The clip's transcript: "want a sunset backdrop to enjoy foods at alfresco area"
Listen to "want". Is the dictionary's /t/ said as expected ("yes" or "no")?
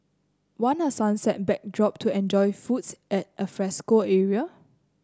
no